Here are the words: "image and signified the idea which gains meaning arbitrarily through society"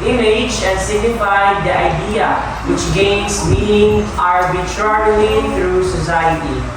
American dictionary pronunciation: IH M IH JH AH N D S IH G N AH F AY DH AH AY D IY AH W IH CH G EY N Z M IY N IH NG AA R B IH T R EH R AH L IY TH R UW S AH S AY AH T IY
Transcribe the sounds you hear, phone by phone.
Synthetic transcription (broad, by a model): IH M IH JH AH S IH G N AH F AY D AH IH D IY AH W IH CH G EY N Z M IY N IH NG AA R B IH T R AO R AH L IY T R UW S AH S AY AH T IY